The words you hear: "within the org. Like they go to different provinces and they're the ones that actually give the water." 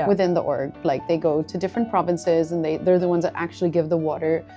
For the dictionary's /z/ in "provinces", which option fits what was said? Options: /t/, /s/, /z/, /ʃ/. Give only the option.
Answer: /z/